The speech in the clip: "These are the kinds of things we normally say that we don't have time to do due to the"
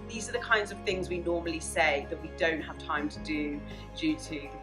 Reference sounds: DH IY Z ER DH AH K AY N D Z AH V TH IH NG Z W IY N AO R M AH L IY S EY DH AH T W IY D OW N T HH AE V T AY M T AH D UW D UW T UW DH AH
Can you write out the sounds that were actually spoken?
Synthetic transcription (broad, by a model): DH IY Z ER DH AH K AY N D Z AH V TH IH NG Z W IY N AO M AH L IY S EY DH AH T W IY D OW N T HH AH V T AY M T AH D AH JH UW T UW